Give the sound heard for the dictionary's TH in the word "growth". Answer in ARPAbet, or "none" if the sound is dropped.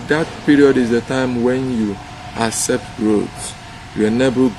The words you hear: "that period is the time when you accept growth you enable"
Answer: T